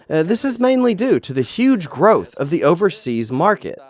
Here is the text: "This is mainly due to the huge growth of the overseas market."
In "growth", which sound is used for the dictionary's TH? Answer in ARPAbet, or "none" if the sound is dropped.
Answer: TH